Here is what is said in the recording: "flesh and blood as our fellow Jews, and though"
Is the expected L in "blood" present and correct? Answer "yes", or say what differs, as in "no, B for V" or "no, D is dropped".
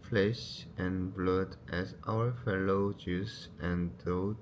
yes